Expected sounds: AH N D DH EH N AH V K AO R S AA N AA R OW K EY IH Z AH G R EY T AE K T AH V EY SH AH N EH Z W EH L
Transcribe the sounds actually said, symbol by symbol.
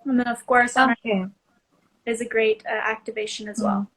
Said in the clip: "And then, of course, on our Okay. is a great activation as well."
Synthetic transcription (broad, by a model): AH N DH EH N AH V K AO R S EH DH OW IH Z AH G R EY T AE K T AH V EY SH AH N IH Z W EH L